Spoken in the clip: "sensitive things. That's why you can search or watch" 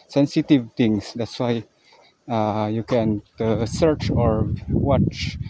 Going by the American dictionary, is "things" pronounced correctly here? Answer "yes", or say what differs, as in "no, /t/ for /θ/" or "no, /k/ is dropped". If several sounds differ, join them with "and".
no, /t/ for /θ/